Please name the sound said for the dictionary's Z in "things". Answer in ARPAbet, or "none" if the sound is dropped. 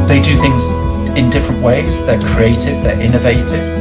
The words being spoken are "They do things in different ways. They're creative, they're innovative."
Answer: Z